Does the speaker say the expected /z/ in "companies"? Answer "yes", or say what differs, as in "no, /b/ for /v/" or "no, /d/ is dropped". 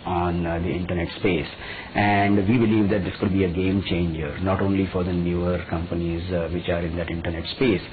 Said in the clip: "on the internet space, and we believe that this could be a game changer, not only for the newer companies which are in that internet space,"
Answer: yes